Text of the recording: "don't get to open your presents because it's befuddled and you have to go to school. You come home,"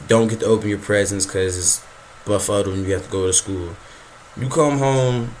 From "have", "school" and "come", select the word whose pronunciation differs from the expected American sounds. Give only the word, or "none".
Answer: have